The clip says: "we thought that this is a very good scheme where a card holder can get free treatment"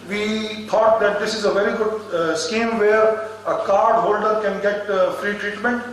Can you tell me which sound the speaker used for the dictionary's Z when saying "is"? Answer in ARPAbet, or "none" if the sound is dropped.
Z